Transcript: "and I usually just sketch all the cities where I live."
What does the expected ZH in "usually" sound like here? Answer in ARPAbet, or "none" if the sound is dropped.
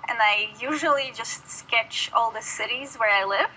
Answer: ZH